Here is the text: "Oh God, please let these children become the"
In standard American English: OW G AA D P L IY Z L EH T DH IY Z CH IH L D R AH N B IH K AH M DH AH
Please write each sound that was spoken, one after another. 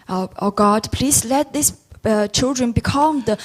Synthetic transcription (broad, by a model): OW G AA D P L IY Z L EH T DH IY S CH IH L D R AH N B IH K AH M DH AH